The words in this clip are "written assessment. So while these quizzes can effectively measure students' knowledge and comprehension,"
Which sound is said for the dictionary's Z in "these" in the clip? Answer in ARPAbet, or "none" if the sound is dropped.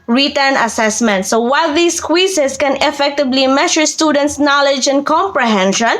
S